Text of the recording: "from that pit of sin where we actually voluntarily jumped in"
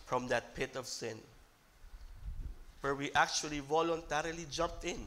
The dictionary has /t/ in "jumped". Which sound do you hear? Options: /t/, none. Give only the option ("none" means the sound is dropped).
/t/